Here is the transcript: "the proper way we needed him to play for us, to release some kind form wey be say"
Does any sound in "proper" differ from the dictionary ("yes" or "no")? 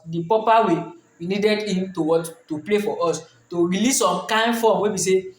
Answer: yes